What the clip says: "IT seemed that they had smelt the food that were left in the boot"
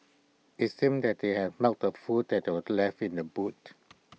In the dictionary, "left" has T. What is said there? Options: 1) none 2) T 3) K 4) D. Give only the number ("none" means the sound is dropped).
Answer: 1